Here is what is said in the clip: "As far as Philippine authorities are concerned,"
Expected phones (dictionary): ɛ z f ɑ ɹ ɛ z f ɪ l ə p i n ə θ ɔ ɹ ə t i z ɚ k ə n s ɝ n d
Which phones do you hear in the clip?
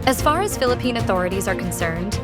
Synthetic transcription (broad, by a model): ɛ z f ɑ ɹ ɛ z f ɪ l ə p i n ə θ ɔ ɹ ə t i z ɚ k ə n s ɝ n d